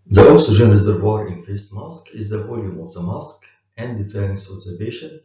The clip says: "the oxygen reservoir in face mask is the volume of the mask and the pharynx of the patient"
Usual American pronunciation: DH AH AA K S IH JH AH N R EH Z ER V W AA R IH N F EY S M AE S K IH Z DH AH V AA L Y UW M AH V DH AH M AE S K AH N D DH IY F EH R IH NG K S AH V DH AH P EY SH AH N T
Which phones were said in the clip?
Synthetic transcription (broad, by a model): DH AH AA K S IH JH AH N R EH Z ER V W AA R IH N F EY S M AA S K IH Z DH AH V AA L Y UW M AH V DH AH M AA S K AH N D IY F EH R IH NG S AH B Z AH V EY SH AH N